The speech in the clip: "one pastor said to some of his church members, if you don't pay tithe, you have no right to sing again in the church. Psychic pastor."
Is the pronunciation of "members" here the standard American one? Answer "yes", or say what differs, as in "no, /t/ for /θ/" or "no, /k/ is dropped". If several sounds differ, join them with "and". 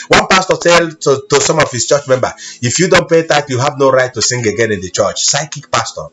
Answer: no, /z/ is dropped